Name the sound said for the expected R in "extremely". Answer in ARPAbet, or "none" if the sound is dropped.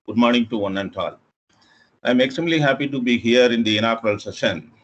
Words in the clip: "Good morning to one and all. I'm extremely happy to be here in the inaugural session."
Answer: none